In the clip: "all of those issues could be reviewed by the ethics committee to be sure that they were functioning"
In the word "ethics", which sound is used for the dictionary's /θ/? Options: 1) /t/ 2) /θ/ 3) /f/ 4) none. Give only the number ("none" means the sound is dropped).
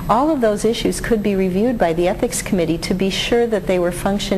2